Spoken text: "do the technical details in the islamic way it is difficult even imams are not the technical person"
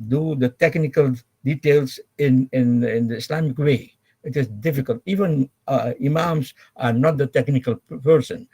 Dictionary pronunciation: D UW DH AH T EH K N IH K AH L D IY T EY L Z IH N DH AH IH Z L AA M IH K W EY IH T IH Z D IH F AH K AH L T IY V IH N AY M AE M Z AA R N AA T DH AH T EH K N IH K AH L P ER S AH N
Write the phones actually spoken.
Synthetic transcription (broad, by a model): D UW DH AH T EH K N IH K AH L D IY T EY L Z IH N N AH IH S L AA M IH K W EY IH T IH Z D IH F AH K AH L T IY V IH N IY M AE M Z AA R N AA T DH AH T EH K N IH K AH L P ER S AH N